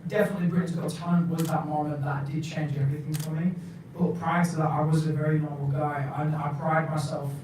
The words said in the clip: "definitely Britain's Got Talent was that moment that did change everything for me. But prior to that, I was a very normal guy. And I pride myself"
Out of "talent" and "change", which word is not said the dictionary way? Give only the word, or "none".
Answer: talent